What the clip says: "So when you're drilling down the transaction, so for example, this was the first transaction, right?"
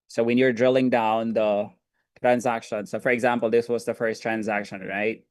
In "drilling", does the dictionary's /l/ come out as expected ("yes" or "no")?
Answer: yes